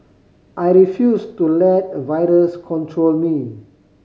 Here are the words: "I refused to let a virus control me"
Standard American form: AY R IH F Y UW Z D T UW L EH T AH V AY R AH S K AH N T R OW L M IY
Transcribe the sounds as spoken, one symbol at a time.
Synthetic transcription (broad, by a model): AY R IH F Y UW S T UW L EH T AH V AY R AH S K AH N T R OW L M IY